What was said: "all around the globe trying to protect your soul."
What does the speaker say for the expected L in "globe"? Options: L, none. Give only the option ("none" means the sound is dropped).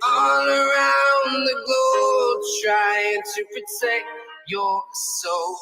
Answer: none